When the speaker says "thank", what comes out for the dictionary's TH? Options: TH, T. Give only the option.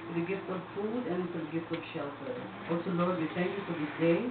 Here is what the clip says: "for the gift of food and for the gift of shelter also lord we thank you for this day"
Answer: T